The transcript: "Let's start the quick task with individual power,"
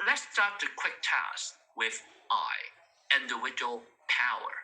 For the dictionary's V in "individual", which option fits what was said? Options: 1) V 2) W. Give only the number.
2